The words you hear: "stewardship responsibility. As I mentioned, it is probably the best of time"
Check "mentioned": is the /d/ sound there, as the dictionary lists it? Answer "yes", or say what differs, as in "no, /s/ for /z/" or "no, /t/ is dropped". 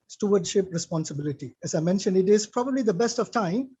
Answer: yes